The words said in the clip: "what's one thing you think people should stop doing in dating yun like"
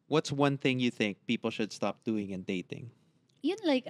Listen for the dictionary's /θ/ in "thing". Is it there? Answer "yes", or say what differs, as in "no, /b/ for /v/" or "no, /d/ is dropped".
yes